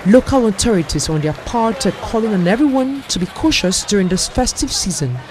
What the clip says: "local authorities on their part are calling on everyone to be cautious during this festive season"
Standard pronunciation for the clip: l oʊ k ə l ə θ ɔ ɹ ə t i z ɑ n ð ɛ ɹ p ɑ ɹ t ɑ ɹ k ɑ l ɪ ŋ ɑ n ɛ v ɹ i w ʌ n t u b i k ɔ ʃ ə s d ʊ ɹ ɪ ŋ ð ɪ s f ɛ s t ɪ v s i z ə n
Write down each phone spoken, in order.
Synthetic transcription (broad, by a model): l oʊ k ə l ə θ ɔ ɹ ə t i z ɑ n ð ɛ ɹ p ɑ ɹ t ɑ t k ɑ l ɪ ŋ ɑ n ɛ v ɹ i w ʌ n t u b i k ɔ ʃ ə s d ʊ ɹ ɪ ŋ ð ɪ s f ɛ s t ɪ v s i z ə n